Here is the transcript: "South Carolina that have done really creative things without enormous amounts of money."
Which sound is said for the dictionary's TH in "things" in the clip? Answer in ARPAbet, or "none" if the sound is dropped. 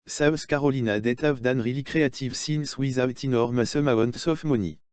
S